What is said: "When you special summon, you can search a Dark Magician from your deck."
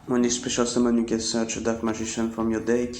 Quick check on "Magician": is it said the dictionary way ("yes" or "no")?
no